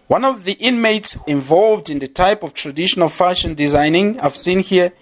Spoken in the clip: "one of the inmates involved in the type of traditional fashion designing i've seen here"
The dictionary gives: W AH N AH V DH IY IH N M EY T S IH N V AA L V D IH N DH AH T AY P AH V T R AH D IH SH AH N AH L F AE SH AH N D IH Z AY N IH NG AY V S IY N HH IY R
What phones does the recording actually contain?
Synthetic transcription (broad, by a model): W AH N AH V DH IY IH N M EY T S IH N V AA L V D IH N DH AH T AY P AH V T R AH D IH SH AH N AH L F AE SH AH N D IH Z AY N IH NG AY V S IY N HH IY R